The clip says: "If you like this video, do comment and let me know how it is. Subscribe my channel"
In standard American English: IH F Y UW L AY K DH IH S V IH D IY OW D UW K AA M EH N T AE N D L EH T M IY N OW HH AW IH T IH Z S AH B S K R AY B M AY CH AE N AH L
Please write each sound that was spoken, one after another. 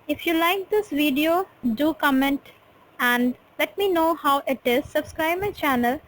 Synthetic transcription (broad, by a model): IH F Y UW L AY K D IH S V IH D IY OW D UW K AA M EH N T AE N D L EH T M IY N OW HH AW IH T IH Z S AH B S K R AY B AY CH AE N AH L